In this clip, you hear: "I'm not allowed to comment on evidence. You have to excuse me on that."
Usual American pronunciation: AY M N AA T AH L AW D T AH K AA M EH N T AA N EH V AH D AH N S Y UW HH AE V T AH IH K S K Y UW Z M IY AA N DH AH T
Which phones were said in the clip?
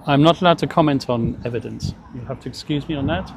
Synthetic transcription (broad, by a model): AY M N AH T AH L AW D T AH K AA M EH N T N EH V AH D AH N S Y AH HH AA F T AH IH K S K Y UW Z M IY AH N DH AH T